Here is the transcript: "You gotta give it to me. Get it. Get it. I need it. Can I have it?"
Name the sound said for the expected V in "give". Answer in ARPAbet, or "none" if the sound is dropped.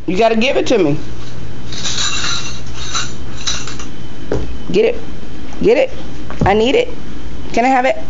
B